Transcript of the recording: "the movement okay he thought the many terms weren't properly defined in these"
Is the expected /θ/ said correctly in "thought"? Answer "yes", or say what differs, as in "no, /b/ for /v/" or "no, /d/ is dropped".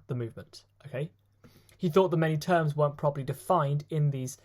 yes